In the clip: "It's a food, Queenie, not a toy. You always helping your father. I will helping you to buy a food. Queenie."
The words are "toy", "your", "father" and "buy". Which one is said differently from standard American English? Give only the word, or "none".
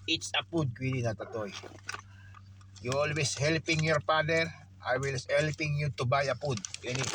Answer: father